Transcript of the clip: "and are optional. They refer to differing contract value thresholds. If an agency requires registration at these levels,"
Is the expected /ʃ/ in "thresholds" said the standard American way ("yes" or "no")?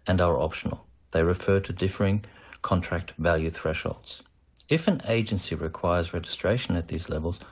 yes